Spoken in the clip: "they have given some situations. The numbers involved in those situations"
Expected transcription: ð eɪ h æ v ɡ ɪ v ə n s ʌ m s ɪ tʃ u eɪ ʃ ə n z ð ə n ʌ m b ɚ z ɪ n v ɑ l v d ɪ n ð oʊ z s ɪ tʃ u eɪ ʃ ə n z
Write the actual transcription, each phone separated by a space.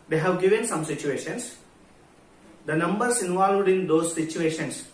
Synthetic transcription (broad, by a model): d eɪ h æ v ɡ ɪ v ə n s ʌ m s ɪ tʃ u eɪ ʃ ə n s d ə n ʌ m b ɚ s ɪ n v ɑ l v d ɪ n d oʊ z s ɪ tʃ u eɪ ʃ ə n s